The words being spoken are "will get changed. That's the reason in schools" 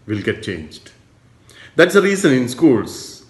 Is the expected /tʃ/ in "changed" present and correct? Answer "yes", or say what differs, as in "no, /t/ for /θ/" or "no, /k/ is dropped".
yes